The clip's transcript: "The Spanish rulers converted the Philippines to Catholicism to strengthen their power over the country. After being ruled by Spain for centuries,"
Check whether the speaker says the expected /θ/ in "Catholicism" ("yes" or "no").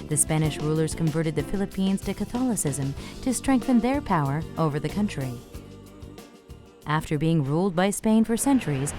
yes